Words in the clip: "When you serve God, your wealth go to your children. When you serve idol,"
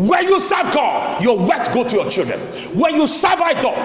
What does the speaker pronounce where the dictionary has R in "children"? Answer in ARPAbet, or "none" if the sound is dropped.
R